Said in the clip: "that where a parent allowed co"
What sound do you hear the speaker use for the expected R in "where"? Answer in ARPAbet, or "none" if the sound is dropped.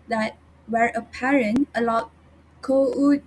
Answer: R